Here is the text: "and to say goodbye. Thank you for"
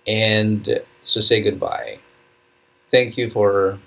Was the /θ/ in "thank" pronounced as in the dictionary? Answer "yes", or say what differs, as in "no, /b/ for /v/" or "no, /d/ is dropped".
yes